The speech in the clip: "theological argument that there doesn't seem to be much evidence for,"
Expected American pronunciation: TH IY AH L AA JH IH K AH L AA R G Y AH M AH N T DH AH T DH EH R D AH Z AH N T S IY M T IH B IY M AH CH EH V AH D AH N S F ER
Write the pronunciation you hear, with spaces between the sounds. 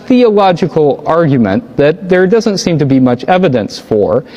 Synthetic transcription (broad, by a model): TH IY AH L AA JH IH K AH L AA R G Y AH M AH N DH AH T DH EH R D AH Z AH N T S IY M T IH B IY M AH CH EH V AH D AH N S F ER